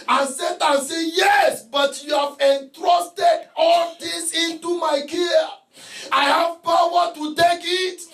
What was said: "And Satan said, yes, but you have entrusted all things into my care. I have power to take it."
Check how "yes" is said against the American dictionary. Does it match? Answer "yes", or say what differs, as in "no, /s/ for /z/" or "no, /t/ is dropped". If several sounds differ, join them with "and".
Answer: yes